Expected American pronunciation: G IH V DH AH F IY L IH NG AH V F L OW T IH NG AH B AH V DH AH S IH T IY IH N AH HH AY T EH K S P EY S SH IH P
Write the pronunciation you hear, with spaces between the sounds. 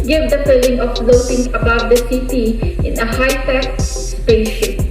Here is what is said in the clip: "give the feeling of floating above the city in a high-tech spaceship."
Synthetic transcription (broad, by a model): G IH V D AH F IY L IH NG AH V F N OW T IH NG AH B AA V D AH S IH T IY IH N AH HH AY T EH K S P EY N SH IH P